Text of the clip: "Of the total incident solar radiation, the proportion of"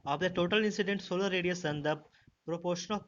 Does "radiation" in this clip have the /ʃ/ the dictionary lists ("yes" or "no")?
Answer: no